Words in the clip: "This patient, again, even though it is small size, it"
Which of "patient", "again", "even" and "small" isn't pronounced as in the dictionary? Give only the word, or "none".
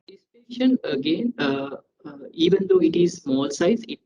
patient